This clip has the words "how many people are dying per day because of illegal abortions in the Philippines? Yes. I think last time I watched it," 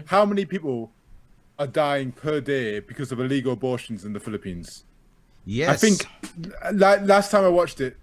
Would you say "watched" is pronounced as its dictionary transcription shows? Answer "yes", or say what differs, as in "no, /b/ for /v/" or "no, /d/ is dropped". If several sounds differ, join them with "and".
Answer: yes